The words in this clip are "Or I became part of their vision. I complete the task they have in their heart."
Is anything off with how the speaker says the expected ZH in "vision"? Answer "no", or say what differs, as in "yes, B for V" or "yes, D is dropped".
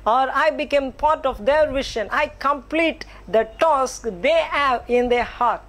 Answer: yes, SH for ZH